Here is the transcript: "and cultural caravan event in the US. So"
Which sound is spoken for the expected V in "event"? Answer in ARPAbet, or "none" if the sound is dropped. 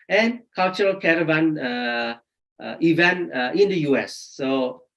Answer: V